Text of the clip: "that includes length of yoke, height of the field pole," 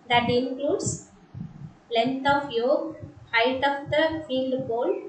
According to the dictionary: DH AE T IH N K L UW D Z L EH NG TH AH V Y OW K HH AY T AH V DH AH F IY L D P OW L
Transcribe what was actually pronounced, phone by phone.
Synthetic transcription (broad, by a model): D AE T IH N K L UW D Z L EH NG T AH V Y OW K HH AY T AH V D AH F IY L D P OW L